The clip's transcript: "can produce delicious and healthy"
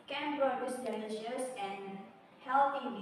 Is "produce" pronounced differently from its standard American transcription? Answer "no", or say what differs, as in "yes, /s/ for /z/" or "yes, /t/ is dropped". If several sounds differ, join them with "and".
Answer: yes, /b/ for /p/